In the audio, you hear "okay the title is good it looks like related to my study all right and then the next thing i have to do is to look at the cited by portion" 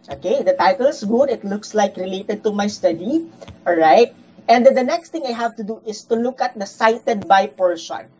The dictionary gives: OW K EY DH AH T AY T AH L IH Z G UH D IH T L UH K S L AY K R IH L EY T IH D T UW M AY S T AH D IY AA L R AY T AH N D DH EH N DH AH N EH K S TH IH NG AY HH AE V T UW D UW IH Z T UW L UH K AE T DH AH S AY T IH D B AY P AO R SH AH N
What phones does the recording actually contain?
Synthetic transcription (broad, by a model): OW K EY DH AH T AY T AH L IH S G UH D IH T L UH K S L AY K R IH L EY T IH D T UW M AY S T AH D IY AA L R AY T AH N D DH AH N EH K S T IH NG AY HH AE V T UW D UW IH S T UW L UH K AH T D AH S AY T IH D B AY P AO R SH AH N